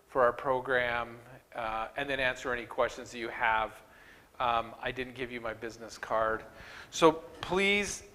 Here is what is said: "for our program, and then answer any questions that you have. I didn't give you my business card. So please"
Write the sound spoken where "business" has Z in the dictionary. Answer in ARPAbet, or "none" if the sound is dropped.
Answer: Z